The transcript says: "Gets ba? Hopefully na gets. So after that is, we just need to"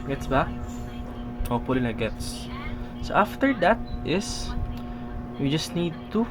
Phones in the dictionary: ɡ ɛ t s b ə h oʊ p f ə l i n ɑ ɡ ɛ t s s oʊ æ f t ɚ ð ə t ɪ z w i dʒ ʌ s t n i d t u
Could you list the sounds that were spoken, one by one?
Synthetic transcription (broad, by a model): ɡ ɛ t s b ə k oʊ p ə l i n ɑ ɡ ɛ t s s oʊ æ f t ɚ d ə t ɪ s w i dʒ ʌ s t n i d t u